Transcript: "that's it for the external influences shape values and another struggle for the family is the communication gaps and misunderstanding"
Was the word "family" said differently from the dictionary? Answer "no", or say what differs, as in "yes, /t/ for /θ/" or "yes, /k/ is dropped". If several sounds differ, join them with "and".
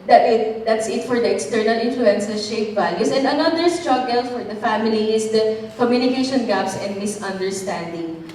no